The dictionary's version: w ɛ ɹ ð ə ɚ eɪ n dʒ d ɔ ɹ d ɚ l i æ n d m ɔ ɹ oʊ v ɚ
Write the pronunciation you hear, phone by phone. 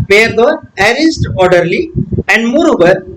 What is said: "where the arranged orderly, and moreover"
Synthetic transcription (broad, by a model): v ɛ ɹ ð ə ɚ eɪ dʒ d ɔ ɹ d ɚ l i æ n d m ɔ ɹ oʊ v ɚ